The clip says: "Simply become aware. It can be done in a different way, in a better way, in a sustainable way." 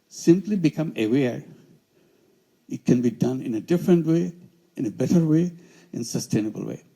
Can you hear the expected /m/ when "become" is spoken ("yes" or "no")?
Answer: yes